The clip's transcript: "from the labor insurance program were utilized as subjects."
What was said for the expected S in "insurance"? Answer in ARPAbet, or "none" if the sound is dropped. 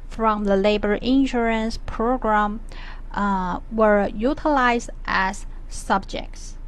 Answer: S